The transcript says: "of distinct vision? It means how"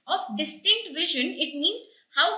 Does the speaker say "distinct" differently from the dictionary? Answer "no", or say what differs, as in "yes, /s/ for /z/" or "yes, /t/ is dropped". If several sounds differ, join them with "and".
no